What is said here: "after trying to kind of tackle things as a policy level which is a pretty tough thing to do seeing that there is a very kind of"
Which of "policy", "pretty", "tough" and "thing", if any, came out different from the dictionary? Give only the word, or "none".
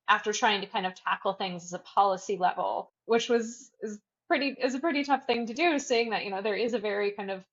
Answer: none